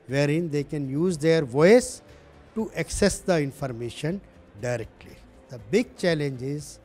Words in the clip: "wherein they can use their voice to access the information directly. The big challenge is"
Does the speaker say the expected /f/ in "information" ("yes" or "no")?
yes